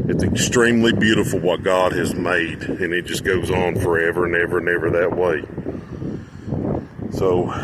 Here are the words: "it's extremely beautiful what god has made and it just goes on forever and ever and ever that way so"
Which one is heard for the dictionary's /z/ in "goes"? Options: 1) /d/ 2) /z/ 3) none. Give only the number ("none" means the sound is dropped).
2